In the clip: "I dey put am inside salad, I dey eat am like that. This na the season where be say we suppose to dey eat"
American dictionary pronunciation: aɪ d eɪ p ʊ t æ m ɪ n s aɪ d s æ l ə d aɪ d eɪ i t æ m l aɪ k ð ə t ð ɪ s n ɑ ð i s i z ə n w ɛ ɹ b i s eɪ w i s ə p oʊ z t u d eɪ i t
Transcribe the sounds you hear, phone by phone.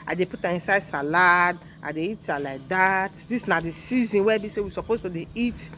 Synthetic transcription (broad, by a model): aɪ d eɪ p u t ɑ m ɪ n s aɪ d s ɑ l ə d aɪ d eɪ i t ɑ l aɪ k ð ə t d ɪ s n ɑ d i s i z ə n w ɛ b i s eɪ w i s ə p oʊ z t u d eɪ i t